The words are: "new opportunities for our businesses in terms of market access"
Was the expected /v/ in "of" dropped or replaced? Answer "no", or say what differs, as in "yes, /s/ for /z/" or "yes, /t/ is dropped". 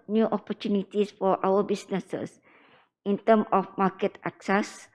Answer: yes, /f/ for /v/